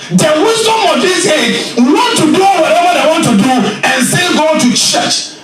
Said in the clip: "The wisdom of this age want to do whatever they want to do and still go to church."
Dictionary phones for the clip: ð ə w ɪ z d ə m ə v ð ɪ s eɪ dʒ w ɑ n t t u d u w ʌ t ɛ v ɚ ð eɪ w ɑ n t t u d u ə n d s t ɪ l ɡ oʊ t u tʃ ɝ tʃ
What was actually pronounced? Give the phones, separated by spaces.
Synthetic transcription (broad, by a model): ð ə w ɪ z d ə m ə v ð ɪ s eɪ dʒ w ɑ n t t u d u w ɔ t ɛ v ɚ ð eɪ w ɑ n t t u d u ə n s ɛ n ɡ oʊ t u tʃ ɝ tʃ